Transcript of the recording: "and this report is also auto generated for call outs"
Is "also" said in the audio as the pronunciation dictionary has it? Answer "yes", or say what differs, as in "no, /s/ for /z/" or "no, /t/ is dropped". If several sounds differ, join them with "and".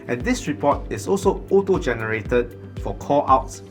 yes